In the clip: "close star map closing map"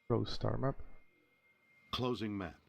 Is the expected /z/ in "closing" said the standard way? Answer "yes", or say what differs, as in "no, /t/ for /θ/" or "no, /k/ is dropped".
yes